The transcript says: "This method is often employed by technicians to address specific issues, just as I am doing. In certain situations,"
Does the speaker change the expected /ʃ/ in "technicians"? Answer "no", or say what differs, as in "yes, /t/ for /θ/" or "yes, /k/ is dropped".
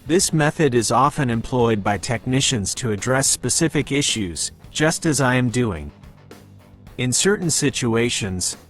no